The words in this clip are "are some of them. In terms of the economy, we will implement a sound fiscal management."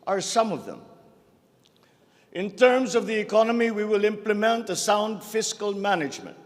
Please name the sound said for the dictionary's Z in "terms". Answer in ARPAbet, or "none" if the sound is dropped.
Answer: Z